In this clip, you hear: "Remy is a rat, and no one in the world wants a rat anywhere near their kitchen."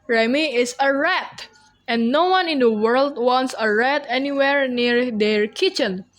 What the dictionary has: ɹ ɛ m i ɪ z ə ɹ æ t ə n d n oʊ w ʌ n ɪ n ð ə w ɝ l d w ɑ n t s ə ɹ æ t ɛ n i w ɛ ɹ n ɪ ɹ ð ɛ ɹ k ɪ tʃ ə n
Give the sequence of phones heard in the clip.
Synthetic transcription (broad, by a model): ɹ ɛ m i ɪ s ə ɹ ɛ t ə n n oʊ w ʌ n ɪ n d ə w ɝ l d w ɑ n t s ə ɹ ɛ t ɛ n i w ɛ ɹ n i ɹ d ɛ ɹ k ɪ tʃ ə n